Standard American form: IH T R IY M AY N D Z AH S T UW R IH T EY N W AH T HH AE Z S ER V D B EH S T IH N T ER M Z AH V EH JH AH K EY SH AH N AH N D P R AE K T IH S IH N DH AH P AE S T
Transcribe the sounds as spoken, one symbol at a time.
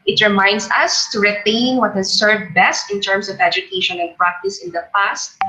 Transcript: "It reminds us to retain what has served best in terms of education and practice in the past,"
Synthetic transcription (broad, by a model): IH T R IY M AY N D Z AH S T UW R IH T EY N W AH T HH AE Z S ER V D B EH S T IH N T ER M S AH V EH JH AH K EY SH AH N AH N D P R AE K T IH S IH N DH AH P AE S T